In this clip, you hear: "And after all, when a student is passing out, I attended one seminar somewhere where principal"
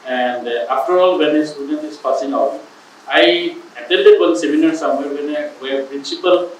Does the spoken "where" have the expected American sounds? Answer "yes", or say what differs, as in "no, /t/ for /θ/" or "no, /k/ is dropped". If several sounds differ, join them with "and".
no, /w/ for /ɹ/